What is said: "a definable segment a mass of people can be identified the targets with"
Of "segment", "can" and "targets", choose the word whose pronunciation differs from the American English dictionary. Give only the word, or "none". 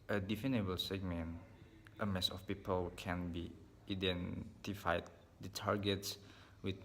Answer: none